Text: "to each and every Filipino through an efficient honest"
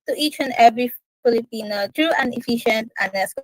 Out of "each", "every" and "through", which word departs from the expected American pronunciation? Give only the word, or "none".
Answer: through